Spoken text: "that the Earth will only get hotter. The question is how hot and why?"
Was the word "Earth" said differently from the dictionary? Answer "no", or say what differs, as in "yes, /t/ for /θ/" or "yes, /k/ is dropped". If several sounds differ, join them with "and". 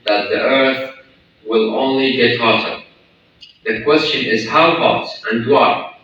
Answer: no